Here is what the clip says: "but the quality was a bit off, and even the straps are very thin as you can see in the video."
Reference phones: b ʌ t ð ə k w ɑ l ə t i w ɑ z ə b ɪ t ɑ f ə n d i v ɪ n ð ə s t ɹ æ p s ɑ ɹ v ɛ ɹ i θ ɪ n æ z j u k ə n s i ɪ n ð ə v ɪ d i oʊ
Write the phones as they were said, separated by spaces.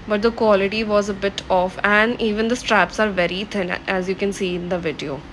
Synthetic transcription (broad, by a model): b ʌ t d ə k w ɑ l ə t i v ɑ z ə b ɪ t ɑ f ə n d i v ɪ n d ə s t ɹ æ p s ɑ ɹ v ɛ ɹ i t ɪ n æ z j u k ə n s i ɪ n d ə v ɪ d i oʊ